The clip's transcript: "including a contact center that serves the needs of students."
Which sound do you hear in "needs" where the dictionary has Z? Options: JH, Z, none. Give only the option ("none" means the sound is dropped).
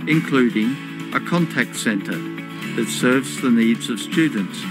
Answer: Z